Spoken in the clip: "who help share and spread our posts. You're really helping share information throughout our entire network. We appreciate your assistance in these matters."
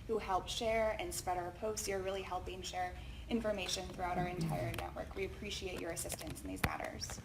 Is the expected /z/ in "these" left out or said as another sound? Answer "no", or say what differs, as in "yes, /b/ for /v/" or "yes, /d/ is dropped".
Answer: no